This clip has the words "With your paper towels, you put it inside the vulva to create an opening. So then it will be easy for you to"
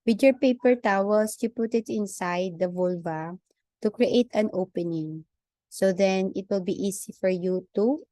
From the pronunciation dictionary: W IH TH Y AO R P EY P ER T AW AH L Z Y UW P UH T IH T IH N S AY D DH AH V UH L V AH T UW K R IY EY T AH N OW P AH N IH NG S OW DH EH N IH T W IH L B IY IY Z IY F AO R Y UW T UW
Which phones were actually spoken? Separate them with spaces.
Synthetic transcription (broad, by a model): W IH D Y AO R P EY P ER T AW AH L S Y UW P UH T IH T IH N S AY D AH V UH L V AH T UW K R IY EY T AH N OW P AH N IH NG S OW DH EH N IH T W IH L B IY IY S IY F AO R Y UW T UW